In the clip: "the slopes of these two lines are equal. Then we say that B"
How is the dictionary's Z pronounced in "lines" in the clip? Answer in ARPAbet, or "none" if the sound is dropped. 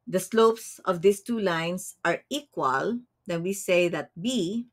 S